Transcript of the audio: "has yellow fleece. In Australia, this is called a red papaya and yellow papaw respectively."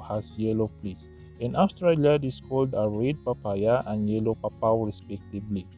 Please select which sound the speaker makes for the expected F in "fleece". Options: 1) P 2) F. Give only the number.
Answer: 1